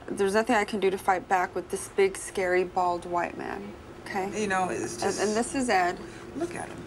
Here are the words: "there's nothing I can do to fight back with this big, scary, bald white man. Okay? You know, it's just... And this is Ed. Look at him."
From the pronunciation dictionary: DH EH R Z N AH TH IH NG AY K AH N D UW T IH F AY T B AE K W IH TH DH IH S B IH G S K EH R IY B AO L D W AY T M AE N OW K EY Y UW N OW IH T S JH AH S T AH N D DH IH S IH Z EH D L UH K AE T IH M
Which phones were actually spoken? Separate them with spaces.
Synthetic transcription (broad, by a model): DH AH R Z N AH TH IH NG AY K AH N D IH T IH F AY T B AE K W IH DH IH S B IH G S K EH R IY B AO L D W AY T M AE N OW K EY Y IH N OW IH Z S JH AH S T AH N DH IH S IH Z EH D L UH K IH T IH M